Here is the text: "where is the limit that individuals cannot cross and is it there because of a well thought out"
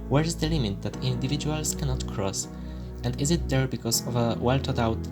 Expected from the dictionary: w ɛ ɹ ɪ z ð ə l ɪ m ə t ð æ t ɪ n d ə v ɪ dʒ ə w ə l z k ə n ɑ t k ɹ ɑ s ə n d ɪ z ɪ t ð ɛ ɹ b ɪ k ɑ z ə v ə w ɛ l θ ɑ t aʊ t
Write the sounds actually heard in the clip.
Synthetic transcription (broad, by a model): w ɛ ɹ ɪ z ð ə l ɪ m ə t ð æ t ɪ n d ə v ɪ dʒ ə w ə l s k ə n ɑ t k ɹ ɑ s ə n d ɪ z ɪ t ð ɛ ɹ b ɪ k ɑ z ə v ə w ɛ l t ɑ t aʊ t